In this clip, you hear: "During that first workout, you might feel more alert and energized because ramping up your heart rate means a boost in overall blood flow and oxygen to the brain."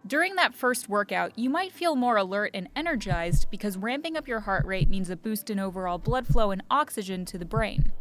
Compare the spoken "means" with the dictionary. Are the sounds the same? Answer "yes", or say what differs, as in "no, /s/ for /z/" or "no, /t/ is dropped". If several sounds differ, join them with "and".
yes